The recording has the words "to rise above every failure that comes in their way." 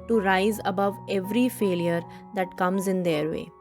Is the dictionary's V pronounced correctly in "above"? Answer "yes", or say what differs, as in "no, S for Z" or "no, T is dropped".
yes